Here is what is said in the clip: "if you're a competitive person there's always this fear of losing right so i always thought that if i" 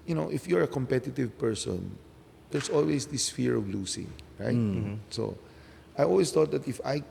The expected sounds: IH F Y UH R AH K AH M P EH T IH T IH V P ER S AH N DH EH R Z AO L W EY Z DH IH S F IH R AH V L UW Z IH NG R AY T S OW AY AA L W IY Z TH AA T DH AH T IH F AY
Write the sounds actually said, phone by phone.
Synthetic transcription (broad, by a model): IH F Y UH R AH K AH M P EH T IH T IH V P ER S AH N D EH R S AO L W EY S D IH S F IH R AH V L UW S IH NG R AY T S OW AY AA L W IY S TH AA T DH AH T IH F AY